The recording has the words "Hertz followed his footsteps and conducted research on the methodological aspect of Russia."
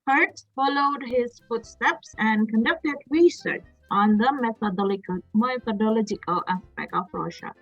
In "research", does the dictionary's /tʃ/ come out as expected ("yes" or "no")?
yes